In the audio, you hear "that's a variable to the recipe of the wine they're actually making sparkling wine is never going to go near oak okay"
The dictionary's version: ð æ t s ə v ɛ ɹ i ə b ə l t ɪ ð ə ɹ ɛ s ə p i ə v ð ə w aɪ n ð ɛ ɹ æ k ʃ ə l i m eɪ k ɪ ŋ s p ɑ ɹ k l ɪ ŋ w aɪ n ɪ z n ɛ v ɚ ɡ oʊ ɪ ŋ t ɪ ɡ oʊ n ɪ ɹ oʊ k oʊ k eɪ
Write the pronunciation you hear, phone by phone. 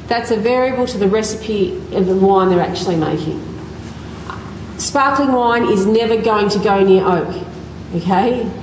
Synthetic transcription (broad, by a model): ð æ t s ə v ɛ ɹ i ə b ə l t ɪ ð ə ɹ ɛ s ə p i ə v ð ə w aɪ n ð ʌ ɹ æ k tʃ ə l i m eɪ k ɪ ŋ s p ɑ ɹ k l ɪ ŋ w aɪ n ɪ z n ɛ v ɚ ɡ oʊ ɪ ŋ t ɪ ɡ oʊ n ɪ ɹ oʊ k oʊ k eɪ